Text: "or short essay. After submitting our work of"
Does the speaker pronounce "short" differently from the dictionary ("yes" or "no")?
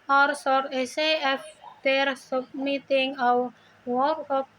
yes